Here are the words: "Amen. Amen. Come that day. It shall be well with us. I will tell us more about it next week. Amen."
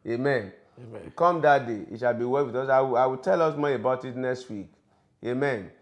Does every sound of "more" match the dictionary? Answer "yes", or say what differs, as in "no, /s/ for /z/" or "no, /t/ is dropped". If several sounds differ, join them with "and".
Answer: no, /l/ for /ɹ/